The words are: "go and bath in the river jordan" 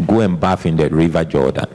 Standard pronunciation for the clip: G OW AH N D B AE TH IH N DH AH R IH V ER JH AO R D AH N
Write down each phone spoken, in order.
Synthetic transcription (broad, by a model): G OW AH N B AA F IH N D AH R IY V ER JH AO D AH N